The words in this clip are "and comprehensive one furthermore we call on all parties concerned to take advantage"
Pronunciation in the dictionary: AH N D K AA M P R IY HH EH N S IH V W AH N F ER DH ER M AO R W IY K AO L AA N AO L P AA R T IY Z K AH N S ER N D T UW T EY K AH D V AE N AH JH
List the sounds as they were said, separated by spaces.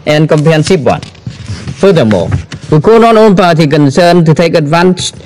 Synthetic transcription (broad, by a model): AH N K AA M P IY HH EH N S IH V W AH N F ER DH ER M AO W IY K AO N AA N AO N P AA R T IY K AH N S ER N T UW T EY K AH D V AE N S